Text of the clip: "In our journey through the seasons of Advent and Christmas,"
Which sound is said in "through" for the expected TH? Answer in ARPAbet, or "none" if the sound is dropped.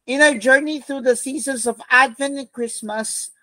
TH